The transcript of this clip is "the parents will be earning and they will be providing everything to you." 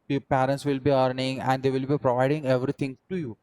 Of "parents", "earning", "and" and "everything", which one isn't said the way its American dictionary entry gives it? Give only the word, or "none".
everything